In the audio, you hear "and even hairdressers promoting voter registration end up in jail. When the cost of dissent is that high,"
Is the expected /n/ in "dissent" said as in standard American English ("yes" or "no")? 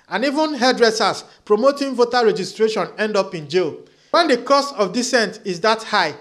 yes